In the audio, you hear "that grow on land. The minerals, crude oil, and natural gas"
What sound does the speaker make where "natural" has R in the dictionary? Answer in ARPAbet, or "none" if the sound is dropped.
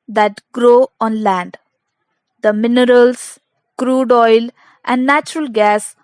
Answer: R